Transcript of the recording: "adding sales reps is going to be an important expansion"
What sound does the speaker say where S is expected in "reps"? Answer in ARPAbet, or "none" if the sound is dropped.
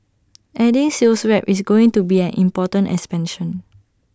none